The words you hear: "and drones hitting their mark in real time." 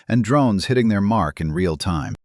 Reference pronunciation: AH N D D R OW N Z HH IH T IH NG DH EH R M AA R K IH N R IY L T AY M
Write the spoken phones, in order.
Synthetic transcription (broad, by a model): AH N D D R OW N Z HH IH T IH NG DH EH R M AA R K IH N R IY L T AY M